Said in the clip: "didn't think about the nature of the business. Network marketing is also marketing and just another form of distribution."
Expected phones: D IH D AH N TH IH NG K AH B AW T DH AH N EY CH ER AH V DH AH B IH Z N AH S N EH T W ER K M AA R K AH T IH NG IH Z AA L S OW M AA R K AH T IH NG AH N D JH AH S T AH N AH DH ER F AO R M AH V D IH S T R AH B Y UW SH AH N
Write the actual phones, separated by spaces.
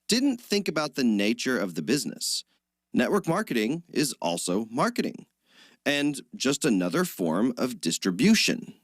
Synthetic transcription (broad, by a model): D IH D N TH IH NG K AH B AW T DH AH N EY CH ER AH V DH AH B IH Z N AH S N EH T W ER K M AA R K AH T IH NG IH Z AA L S OW M AA R K AH T IH NG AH N JH AH S T AH N AH DH ER F AO R M AH V D IH S T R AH B Y UW SH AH N